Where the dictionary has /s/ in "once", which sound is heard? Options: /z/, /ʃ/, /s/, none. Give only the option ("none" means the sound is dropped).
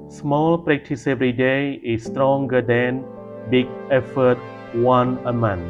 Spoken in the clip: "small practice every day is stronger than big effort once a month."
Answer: none